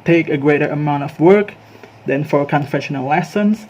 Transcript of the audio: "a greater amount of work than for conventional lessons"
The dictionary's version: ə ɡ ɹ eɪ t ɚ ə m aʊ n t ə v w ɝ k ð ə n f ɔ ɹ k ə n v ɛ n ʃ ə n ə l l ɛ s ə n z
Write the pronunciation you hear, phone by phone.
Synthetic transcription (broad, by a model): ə ɡ ɹ eɪ t ɚ ə m aʊ n t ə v w ɝ k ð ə n f ɔ ɹ k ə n f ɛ ʃ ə n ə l l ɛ s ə n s